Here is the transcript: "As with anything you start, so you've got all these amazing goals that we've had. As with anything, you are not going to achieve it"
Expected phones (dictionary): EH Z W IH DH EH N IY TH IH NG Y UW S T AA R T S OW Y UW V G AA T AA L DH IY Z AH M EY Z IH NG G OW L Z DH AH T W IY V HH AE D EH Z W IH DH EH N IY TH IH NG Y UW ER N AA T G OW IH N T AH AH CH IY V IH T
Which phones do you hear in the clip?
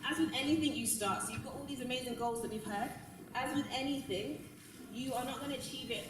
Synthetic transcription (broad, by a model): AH Z W IH DH EH N IY TH IH NG Y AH S T AA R T S OW Y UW V G AA T AA L DH IY Z AH M EY Z IH NG G OW L Z DH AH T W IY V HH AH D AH Z W IH DH EH N IY TH IH NG Y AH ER N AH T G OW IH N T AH AH CH IY V IH T